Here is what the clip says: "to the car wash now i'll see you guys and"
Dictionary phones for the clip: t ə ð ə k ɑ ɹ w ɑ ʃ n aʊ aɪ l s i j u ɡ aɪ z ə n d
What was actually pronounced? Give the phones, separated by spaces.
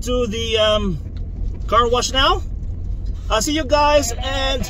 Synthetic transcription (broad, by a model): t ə ð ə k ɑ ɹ w ɑ ʃ n aʊ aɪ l s i j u ɡ aɪ z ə n